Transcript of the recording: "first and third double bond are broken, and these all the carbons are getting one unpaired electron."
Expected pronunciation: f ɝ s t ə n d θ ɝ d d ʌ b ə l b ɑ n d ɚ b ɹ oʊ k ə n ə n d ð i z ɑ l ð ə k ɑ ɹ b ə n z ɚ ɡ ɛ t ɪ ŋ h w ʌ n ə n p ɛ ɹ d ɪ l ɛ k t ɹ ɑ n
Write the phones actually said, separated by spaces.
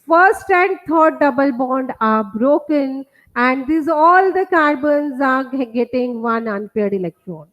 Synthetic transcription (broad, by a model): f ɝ s t ə n d t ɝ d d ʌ b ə l b ɑ n d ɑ b ɹ oʊ k ə n ə n d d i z ɑ l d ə k ɑ ɹ b ə n z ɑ ɡ ɛ t ɪ ŋ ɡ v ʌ n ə n p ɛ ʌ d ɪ l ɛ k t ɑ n